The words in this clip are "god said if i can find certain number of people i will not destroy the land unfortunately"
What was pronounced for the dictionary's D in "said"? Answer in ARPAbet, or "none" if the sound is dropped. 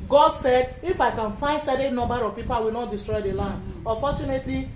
D